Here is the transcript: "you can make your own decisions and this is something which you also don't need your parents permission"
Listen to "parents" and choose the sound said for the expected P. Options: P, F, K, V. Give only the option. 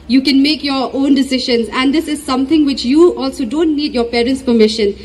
P